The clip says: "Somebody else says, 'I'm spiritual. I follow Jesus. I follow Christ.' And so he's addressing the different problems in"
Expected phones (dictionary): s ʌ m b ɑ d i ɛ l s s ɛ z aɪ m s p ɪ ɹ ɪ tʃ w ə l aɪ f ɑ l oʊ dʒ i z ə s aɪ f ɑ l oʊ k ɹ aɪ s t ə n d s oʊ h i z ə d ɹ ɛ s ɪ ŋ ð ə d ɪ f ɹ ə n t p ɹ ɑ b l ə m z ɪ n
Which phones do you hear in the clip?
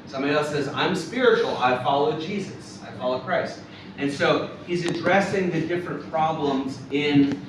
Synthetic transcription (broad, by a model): s ʌ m b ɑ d i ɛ l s s ɛ z aɪ m s p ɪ ɹ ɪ tʃ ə l aɪ f ɑ l oʊ dʒ i z ə s aɪ f ɑ l oʊ k ɹ aɪ s t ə n s oʊ h i z ə d ɹ ɛ s ɪ ŋ ð ə d ɪ f ɹ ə n p ɹ ɑ b l ə m z ɪ n